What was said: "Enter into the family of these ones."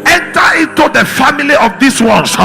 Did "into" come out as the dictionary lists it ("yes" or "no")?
yes